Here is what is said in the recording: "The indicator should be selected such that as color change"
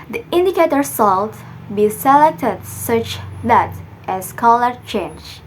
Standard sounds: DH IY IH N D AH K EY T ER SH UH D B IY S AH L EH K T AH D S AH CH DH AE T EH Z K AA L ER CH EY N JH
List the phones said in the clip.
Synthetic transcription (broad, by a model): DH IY IH N D AH K EY T ER S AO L B IY S AH L EH K T AH D S AH CH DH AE T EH S K AA L ER CH EY N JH